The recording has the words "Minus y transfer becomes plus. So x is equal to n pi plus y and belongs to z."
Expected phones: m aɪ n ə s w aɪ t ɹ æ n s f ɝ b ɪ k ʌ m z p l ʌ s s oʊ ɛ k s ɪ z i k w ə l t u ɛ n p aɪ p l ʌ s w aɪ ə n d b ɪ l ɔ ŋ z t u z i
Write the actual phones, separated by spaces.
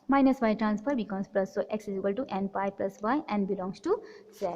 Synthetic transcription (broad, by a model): m aɪ n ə s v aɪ t ɹ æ n s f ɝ b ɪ k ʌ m s p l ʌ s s oʊ ɛ k s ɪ s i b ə l t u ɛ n p aɪ p l ʌ s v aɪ ə n d b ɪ l ɔ ŋ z t u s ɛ